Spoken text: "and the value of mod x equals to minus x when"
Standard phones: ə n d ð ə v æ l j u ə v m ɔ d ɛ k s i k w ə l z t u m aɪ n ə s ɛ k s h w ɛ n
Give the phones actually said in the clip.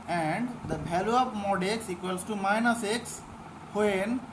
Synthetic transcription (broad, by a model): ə n d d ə b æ l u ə p m ɔ d ɛ k s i k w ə l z t u m aɪ n ə s ɛ k s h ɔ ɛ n